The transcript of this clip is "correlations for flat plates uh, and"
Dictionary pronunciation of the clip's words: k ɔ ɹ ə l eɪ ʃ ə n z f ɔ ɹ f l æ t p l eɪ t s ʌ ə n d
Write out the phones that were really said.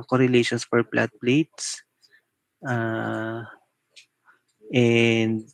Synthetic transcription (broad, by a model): k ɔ ɹ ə l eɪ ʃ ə n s f ɔ ɹ p l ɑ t p l eɪ t s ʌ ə n d